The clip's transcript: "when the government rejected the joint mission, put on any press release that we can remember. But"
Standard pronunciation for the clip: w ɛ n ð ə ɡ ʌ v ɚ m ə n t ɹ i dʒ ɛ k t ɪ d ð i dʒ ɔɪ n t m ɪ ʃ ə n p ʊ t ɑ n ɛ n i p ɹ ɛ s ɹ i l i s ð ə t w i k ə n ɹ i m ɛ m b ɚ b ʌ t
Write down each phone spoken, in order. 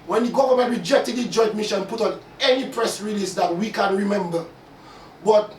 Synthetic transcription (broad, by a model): w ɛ n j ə ɡ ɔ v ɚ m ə ɹ i dʒ ɛ k t ɪ d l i dʒ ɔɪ t m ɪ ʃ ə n p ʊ t ɑ n ɛ n i p ɹ ɛ s ɹ i l i s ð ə t w i k ə n ɹ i m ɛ m b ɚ b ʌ t